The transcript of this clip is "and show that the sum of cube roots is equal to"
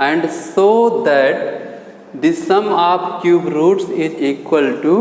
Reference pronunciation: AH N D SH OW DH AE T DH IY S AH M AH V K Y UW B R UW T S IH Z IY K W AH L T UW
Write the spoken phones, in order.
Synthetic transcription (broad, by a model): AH N D S OW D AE T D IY S AH M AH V K Y UW B R UW T S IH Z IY K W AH L T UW